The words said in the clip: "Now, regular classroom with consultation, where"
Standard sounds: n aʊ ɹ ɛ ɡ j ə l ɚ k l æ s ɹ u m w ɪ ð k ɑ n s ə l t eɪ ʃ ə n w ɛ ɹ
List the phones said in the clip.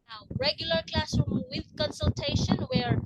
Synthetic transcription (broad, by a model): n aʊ ɹ ɛ ɡ j ə l ɚ k l æ s ɹ u m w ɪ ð k ɑ n s ə l t eɪ ʃ ə n w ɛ ɹ